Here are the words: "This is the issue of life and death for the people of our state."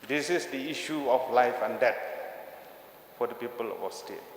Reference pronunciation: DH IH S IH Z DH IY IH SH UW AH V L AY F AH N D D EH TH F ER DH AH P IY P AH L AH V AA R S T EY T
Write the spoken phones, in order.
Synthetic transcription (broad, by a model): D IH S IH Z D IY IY SH UW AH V L AY F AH N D D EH T F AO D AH P IY P AH L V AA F S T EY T